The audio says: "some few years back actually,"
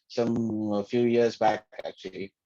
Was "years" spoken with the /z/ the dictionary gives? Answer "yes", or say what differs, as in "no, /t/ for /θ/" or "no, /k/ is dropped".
yes